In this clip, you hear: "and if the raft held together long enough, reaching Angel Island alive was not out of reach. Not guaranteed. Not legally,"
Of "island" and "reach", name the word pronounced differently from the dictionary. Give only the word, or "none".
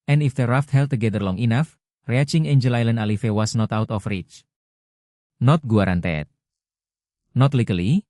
none